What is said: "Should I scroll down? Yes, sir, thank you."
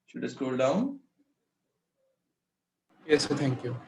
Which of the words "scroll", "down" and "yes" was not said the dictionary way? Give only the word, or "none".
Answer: scroll